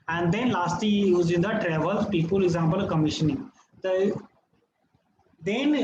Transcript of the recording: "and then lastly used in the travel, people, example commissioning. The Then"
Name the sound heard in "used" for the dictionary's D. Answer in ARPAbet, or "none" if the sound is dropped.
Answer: none